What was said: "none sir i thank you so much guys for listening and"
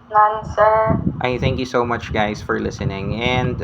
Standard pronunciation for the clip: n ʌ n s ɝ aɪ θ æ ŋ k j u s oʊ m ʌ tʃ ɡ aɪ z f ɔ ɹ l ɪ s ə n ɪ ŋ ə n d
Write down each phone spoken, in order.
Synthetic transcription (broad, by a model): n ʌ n s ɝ aɪ θ æ ŋ k j u s oʊ m ʌ tʃ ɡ aɪ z f ɔ ɹ l ɪ s ə n ɪ ŋ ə n d